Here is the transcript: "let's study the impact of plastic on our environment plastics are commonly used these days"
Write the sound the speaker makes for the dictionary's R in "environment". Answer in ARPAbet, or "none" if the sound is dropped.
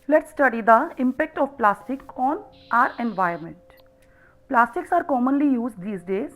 none